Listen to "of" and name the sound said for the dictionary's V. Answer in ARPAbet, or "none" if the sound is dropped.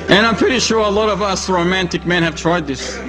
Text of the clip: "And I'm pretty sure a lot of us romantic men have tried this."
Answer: V